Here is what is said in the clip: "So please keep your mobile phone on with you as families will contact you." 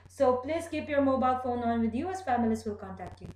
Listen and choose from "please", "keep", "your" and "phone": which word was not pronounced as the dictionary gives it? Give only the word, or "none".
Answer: none